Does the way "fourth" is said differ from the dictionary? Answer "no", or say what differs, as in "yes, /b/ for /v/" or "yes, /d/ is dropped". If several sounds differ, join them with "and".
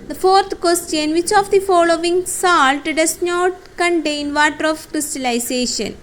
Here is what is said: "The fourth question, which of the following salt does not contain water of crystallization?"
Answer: yes, /t/ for /θ/